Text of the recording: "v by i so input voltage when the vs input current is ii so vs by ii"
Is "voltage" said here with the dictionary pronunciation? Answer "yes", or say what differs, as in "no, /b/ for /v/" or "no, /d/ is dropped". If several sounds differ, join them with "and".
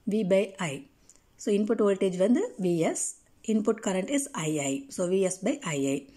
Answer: yes